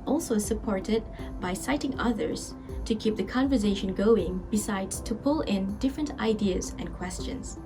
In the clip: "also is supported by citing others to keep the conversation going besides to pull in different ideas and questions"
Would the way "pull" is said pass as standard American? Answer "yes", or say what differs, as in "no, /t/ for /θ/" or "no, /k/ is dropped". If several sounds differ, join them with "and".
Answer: yes